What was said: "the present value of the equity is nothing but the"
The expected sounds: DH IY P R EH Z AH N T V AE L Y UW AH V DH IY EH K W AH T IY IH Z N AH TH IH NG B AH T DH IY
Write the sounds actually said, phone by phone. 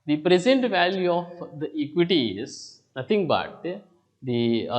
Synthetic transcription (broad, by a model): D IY P R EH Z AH N T V AE L Y UW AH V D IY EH K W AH T IY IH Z N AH T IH NG B AH T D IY